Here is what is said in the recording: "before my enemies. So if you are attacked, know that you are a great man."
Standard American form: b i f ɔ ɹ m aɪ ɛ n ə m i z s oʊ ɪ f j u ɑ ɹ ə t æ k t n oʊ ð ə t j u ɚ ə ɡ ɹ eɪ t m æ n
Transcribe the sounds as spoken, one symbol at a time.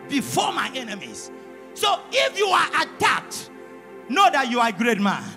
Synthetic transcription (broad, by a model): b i f ɔ m aɪ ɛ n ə m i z s oʊ ɪ f j u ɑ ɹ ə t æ t n oʊ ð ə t j u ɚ ə ɡ ɹ eɪ t m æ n